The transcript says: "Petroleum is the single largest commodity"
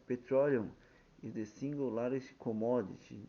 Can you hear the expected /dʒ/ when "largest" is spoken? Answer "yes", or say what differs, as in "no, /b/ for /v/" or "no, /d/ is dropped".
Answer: no, /dʒ/ is dropped